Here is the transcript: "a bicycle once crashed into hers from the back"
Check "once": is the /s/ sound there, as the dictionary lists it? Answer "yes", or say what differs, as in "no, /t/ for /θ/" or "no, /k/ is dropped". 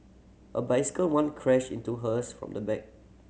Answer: no, /s/ is dropped